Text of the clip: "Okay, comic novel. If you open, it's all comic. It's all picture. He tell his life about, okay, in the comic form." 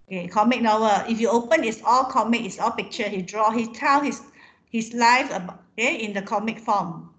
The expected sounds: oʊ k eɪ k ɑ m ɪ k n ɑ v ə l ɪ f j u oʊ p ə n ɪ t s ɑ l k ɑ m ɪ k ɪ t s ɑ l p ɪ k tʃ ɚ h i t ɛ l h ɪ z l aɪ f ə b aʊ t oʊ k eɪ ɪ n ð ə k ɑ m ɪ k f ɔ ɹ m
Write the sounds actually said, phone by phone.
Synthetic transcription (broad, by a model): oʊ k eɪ k ɑ m ɪ k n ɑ w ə ɪ f j u oʊ p ə n ɪ t s ɑ l k ɑ m ɪ k ɪ t s ɑ l p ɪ k tʃ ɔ h i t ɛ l h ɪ s l aɪ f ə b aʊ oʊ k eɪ ɪ n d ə k ɑ m ɪ k f ɔ m